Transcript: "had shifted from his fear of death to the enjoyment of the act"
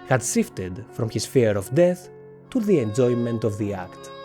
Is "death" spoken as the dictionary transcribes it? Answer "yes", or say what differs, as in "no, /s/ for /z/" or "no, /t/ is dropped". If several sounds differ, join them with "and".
yes